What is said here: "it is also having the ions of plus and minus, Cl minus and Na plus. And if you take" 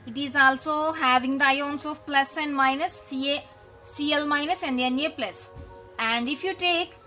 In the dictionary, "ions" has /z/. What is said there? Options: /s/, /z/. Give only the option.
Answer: /s/